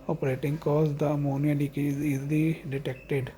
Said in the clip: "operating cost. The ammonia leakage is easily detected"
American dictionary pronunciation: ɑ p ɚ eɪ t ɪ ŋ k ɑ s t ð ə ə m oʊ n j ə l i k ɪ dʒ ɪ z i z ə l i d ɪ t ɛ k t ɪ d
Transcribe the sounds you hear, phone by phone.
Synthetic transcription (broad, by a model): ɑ p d eɪ t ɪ ŋ k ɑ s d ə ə m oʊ n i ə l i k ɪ z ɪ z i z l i d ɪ t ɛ k t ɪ d